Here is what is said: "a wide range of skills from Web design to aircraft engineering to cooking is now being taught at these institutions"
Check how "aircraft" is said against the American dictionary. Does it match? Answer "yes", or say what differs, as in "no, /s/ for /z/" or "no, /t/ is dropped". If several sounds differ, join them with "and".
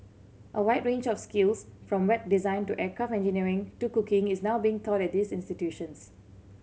no, /t/ is dropped